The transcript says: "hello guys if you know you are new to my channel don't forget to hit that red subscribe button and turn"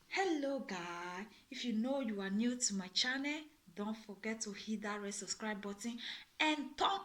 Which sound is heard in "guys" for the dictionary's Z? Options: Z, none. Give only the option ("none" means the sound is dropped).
none